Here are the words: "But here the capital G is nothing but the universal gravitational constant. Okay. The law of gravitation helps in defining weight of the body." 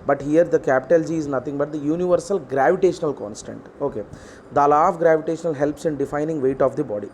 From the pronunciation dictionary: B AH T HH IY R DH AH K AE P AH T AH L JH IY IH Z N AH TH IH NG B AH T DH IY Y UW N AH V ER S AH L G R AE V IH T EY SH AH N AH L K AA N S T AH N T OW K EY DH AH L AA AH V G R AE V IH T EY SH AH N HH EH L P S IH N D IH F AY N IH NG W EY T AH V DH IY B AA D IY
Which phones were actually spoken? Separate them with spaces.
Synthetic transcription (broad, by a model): B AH T HH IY R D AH K AE P AH T AH L JH IY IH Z N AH T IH NG B AH T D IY Y UW N AH V ER S AH L G R AE V IH T EY SH AH N AH L K AA N S T AH N T OW K EY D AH L AA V G R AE V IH T EY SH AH N HH EH L P S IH N D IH F AY N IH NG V EY T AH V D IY B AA D IY